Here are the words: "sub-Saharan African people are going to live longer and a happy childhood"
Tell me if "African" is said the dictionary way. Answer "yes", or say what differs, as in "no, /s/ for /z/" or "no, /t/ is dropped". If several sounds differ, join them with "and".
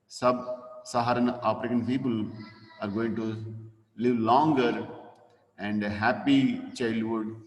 no, /p/ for /f/